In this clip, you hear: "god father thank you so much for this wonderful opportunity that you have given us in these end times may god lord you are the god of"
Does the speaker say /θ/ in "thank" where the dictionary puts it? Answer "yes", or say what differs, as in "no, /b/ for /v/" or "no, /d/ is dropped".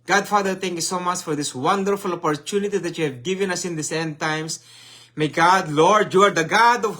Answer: no, /t/ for /θ/